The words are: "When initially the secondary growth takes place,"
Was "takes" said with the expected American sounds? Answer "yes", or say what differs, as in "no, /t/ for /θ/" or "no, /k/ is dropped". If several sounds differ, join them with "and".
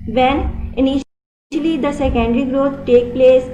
no, /s/ is dropped